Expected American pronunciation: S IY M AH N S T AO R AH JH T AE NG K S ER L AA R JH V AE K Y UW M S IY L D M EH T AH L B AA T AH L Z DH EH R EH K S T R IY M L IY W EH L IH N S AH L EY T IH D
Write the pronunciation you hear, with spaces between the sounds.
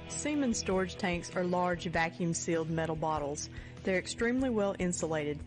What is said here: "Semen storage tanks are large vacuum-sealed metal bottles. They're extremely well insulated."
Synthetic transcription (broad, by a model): S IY M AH N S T AO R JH T AE NG K S ER L AA R JH V AE K Y UW M S IY L D M EH T L B AA T L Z DH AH R EH K S T R IY M L IY W EH L IH N S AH L EY T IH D